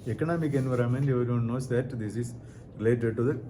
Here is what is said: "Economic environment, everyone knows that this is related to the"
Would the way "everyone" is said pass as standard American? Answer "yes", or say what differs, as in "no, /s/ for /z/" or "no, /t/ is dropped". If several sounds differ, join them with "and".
no, /ɹ/ is dropped